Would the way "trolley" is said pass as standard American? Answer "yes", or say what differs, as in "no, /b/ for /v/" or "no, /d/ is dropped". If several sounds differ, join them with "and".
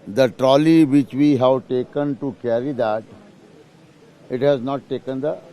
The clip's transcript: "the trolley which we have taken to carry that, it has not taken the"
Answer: yes